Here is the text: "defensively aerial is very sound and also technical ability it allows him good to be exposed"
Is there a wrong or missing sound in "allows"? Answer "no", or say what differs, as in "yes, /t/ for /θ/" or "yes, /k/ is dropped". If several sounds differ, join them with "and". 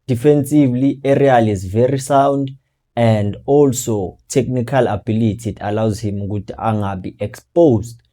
no